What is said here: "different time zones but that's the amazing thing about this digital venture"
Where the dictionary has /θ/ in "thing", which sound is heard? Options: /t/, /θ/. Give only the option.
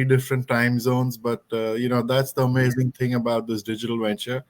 /t/